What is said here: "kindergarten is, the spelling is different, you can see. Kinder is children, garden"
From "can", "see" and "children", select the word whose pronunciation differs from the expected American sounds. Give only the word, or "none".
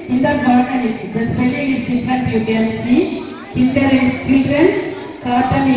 can